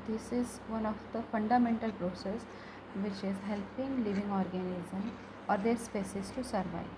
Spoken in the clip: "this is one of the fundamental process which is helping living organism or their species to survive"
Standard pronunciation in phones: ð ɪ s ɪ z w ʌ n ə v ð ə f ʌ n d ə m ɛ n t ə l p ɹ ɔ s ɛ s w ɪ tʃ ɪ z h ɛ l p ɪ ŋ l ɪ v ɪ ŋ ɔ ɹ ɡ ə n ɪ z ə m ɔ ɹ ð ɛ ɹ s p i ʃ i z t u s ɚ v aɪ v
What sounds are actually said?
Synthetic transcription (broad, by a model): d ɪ s ɪ z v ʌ n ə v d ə f ʌ n d ə m ɛ n t ə l p ɹ ɔ s ɛ s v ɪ tʃ ɪ z h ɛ l p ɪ ŋ l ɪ v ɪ ŋ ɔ ɹ ɡ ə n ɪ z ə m ɔ ɹ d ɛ ɹ s p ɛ s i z t u s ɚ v aɪ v